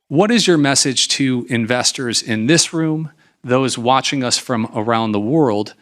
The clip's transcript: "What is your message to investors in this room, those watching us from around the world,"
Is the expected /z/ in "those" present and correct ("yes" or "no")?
yes